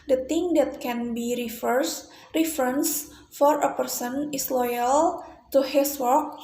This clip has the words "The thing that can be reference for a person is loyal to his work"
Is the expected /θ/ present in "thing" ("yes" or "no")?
no